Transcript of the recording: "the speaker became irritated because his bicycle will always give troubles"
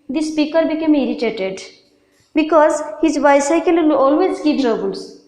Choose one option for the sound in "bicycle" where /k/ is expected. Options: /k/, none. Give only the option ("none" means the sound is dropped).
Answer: none